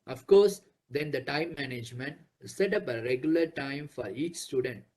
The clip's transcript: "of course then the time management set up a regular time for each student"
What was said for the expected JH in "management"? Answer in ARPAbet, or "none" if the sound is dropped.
JH